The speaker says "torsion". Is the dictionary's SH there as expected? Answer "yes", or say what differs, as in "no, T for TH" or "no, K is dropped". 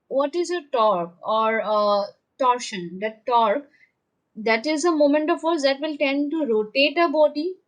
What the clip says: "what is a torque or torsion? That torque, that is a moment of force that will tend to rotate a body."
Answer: yes